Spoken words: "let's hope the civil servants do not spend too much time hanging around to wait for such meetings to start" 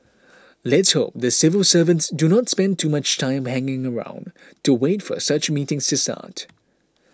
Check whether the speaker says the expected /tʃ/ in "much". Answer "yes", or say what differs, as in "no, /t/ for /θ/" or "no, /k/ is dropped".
yes